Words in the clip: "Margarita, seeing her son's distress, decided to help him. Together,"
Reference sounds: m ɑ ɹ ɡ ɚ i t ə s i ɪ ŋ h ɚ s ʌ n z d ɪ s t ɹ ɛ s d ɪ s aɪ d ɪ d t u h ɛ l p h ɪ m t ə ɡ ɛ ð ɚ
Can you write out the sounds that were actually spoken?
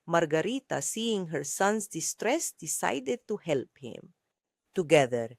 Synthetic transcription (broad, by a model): m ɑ ɹ ɡ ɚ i t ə s i ɪ ŋ h ɚ s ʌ n s d ɪ s t ɹ ɛ s d ɪ s aɪ d ɪ d t u h ɛ l p h ɪ m t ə ɡ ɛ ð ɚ